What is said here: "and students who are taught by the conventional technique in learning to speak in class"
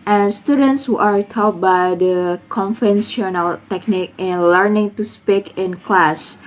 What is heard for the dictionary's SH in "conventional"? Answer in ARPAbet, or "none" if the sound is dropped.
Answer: S